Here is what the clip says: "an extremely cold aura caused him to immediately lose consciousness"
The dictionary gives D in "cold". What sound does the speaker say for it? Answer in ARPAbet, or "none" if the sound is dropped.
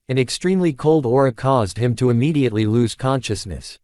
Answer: D